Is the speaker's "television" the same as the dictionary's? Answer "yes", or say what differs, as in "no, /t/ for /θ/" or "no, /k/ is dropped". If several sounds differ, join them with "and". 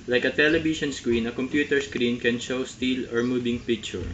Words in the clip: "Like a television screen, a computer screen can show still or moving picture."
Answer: no, /ʃ/ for /ʒ/